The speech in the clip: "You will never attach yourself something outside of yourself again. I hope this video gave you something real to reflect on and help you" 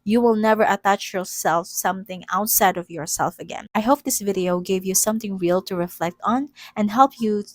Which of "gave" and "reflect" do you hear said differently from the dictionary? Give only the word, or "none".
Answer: none